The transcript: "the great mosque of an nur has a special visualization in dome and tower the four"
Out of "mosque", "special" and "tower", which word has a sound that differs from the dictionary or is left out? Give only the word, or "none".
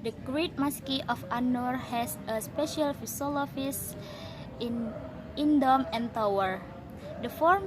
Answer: none